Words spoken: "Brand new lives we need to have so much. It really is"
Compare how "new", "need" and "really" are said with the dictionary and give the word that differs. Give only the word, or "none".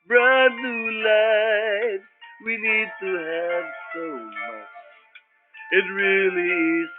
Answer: new